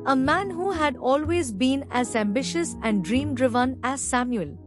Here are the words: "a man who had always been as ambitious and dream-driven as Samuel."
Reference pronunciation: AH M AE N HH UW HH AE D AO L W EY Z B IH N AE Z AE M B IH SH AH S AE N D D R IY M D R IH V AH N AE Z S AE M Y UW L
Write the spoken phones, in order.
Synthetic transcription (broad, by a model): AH M AE N HH UW HH AE D AO L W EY Z B IH N AE Z AE M B IH SH AH S AE N D D R IY M D R IH V AH N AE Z S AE M Y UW L